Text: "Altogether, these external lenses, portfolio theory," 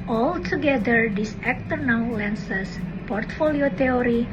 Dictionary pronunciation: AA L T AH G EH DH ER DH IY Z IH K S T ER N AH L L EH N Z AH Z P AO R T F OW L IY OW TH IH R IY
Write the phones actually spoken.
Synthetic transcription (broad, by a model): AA L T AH G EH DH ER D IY S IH K T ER N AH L L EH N S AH S P AO R T F OW L IY OW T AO R IY